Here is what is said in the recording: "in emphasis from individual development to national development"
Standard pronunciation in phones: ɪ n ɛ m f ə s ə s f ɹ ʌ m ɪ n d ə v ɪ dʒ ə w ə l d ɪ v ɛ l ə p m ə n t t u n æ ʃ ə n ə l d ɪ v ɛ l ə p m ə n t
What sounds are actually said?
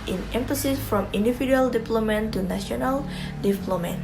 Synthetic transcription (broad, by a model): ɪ n ɛ m f ə s ə s f ɹ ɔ m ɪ n d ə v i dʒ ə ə l d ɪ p l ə m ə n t t u n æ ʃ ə n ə l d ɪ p l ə m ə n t